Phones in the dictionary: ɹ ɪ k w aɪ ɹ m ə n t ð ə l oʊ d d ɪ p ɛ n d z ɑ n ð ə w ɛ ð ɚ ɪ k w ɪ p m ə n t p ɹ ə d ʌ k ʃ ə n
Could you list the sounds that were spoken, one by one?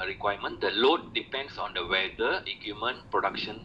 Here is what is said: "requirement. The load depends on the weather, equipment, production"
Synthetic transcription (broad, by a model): ɹ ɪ k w aɪ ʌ m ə n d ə l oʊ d d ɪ p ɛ n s ɑ n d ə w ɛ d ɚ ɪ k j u m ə n p ɹ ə d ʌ k ʃ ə n